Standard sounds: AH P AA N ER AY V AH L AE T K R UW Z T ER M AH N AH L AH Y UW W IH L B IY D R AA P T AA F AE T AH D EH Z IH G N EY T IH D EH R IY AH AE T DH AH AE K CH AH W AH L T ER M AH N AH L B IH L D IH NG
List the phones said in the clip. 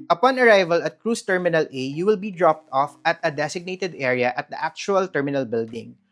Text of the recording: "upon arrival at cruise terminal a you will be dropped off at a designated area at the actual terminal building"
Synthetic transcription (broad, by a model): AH P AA N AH AY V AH L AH T K R UW S T ER M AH N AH L AH Y UW W IH L B IY D R AA P T AA F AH T AH D EH S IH G N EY T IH D EH R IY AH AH T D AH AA K CH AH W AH L T ER M AH N AH L B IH L D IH NG